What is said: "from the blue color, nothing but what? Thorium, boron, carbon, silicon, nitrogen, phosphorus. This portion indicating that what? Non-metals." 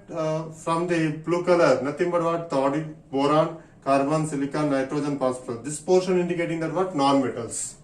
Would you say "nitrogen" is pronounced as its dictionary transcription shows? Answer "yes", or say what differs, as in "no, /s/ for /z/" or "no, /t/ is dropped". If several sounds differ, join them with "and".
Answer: yes